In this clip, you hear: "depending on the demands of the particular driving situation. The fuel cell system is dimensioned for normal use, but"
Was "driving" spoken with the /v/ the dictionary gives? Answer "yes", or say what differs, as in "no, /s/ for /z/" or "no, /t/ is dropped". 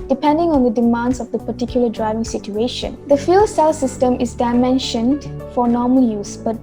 yes